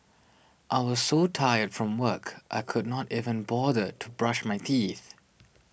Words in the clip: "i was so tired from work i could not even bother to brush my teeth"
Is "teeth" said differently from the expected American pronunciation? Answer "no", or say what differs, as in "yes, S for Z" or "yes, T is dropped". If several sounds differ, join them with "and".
no